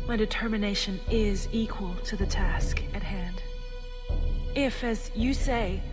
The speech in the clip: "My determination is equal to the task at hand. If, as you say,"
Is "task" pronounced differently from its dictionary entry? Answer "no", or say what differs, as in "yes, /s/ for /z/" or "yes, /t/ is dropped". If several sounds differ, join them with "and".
no